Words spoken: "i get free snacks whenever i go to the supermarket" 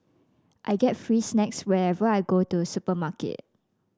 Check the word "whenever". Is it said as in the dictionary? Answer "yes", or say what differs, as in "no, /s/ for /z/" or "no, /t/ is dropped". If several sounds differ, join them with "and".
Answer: no, /n/ is dropped